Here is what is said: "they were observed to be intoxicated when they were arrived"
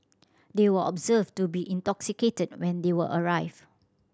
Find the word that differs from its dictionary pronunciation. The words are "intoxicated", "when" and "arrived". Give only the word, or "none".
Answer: arrived